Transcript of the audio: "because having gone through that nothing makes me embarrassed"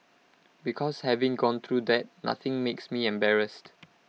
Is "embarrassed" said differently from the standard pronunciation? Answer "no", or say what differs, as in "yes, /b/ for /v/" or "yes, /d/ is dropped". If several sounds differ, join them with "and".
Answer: no